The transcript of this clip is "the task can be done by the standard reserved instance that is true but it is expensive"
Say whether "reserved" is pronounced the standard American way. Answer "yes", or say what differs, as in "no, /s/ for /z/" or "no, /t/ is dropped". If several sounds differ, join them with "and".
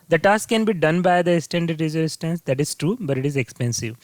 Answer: no, /v/ is dropped